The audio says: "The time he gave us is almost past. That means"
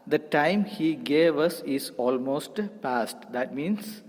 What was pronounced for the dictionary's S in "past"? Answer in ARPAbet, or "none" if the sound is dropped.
S